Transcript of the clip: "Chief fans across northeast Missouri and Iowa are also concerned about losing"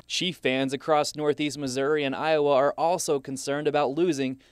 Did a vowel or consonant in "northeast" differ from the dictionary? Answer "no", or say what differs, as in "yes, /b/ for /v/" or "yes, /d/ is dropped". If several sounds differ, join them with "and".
no